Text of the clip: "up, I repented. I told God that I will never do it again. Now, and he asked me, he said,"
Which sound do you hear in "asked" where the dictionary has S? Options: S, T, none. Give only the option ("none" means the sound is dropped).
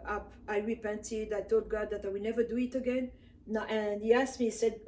S